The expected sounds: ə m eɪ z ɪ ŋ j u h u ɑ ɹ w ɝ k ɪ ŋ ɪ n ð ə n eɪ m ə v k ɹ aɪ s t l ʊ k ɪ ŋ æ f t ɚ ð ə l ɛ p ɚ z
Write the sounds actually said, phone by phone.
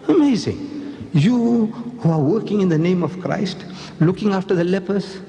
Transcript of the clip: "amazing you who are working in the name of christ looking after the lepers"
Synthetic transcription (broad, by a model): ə m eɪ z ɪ ŋ j u h u ɑ ɹ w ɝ k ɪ ŋ ɪ n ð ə n eɪ m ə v k ɹ aɪ s t l ʊ k ɪ ŋ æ f t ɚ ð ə l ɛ p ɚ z